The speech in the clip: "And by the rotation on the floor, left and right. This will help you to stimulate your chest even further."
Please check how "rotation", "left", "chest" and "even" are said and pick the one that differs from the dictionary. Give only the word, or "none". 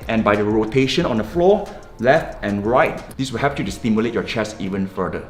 chest